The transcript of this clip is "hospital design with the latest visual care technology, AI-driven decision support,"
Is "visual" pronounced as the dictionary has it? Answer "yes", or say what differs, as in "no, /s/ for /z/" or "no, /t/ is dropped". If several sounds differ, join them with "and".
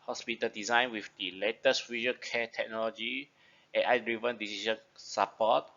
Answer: no, /n/ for /l/